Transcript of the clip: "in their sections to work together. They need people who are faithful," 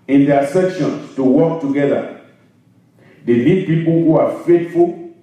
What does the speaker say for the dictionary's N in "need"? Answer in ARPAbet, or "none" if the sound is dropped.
L